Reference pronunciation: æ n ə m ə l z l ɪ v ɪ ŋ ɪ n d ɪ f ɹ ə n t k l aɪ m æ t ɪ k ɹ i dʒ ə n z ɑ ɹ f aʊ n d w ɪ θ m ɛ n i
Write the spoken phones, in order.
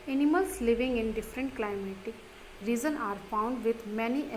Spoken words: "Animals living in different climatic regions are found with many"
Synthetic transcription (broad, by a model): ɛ n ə m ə l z l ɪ v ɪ ŋ ɪ n d ɪ f ɹ ə n t k l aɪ m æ t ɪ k ɹ i z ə n ɑ ɹ f aʊ n d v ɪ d m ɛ n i